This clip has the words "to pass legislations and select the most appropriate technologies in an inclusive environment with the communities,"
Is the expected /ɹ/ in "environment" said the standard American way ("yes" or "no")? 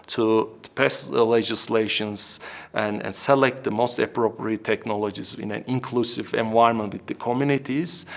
no